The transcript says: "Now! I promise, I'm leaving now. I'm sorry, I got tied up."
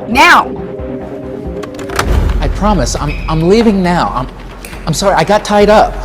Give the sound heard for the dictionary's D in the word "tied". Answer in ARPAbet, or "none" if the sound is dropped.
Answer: D